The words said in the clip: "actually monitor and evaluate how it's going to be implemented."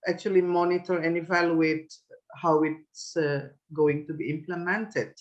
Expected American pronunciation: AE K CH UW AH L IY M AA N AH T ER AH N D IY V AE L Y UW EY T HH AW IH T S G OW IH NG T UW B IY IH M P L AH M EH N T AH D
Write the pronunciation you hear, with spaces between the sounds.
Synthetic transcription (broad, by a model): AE K CH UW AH L IY M AA N AH T ER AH N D IY V AE L Y UW EY T HH AW IH T S G OW IH NG T UW B IY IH M P L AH M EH N T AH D